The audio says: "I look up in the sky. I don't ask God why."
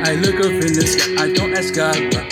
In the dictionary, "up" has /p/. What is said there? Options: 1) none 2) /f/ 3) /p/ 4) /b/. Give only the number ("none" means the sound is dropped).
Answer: 2